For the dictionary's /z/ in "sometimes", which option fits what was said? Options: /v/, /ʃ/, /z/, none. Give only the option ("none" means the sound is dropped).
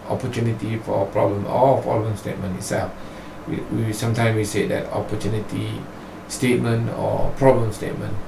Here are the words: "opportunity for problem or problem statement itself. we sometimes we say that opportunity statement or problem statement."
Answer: none